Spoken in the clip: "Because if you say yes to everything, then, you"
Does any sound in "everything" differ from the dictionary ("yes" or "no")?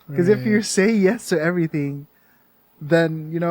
no